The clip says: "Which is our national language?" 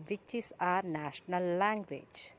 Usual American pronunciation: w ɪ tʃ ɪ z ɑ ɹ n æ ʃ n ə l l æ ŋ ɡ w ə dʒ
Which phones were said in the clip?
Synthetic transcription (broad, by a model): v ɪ tʃ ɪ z ɑ ɹ n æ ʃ n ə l l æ ŋ ɡ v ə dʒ